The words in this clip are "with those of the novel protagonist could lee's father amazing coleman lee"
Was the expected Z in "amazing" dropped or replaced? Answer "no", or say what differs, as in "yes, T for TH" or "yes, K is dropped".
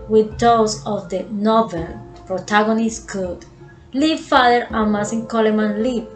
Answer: yes, S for Z